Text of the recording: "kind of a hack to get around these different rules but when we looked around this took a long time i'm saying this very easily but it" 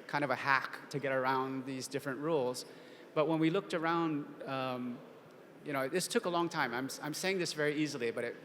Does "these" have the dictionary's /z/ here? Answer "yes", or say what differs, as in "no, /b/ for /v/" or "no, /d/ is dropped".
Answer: yes